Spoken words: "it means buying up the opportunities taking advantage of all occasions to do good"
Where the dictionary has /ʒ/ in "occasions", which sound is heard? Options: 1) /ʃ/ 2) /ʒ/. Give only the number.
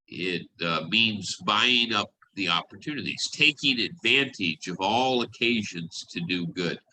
2